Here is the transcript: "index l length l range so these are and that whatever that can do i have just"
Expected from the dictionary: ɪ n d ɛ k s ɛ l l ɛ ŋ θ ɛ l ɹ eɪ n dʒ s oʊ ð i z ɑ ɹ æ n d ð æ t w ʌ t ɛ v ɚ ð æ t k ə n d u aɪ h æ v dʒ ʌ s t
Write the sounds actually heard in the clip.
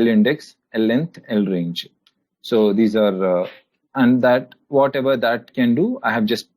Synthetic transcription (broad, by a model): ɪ n d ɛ k s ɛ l l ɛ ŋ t ɛ l ɹ eɪ n dʒ s oʊ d i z ɑ ɹ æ n d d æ t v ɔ t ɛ v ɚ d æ t k ə n d u aɪ h æ v dʒ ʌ s t